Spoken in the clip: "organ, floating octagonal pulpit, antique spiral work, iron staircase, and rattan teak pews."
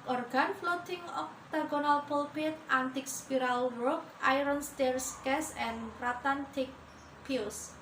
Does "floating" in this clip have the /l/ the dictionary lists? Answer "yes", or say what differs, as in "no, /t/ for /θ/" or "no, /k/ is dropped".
yes